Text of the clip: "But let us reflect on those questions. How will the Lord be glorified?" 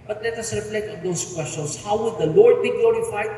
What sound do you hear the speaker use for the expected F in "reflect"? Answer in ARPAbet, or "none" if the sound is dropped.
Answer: P